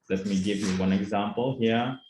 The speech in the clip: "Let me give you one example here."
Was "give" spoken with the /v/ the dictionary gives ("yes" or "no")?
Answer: yes